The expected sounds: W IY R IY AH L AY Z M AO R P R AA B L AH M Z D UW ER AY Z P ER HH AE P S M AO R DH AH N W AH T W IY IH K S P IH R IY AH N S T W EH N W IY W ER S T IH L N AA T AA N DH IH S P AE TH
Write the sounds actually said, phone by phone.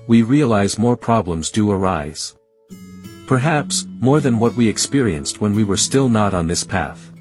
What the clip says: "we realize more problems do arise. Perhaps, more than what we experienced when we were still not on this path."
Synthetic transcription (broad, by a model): W IY R IY AH L AY Z M AO R P R AA B L AH M Z D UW ER AY Z P ER HH AE P S M AO R DH AH N W AH T W IY IH K S P IH R IY AH N S T W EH N W IY W ER S T IH L N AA T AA N DH IH S P AE TH